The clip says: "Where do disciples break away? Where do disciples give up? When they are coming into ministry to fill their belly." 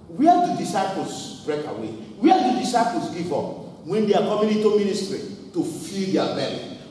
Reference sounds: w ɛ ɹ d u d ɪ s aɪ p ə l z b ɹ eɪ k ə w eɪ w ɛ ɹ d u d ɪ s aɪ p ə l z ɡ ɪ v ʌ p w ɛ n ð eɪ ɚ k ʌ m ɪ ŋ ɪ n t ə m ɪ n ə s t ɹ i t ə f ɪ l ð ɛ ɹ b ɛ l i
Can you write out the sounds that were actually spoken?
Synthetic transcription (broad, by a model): w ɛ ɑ d u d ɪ s aɪ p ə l s b ɹ eɪ k ə w eɪ w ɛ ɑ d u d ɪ s aɪ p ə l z ɡ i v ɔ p w ɛ n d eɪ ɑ k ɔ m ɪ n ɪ t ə m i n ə s t ɹ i t ə f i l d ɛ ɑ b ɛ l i